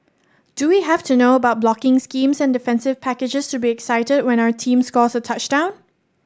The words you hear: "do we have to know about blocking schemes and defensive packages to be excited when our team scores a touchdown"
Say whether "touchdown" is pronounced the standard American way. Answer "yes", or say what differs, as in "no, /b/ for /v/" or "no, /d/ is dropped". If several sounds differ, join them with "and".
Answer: yes